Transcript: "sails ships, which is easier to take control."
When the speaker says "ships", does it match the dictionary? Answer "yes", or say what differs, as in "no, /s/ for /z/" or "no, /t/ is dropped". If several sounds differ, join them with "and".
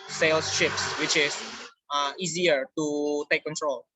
yes